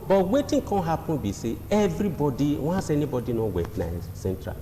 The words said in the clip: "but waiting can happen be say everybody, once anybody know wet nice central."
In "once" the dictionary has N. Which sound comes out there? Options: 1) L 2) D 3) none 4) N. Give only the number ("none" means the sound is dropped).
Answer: 3